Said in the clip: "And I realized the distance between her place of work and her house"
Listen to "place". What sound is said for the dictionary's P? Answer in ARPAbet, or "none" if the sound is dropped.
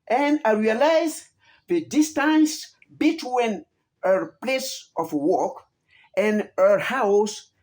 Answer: P